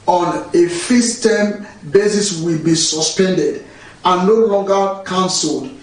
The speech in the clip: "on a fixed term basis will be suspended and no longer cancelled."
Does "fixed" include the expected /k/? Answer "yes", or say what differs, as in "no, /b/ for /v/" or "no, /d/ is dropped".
no, /k/ is dropped